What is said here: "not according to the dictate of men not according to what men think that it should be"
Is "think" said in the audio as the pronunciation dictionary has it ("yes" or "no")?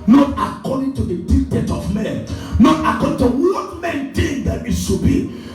no